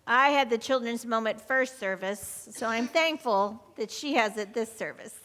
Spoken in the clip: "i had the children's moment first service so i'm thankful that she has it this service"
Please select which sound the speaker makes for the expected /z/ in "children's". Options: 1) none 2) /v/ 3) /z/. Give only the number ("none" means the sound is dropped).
3